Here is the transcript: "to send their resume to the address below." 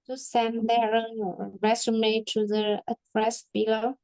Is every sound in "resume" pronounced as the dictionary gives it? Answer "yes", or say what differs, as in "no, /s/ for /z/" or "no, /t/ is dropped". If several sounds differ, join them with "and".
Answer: no, /s/ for /z/